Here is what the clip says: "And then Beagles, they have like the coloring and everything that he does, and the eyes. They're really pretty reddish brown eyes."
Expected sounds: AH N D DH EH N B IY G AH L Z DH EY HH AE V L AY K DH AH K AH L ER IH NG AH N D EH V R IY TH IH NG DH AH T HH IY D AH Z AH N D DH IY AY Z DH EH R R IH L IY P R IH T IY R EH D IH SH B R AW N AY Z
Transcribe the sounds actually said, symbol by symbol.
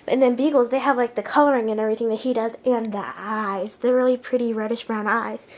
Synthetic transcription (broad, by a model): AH N DH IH N B IY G L Z DH EY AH V L AY K DH AH K AH L ER IH NG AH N EH V R IY TH IH NG DH AH T HH IY D AH Z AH N DH IY AY Z DH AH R R IH L IY P R IH T IY R EH D IH SH B R AW N AY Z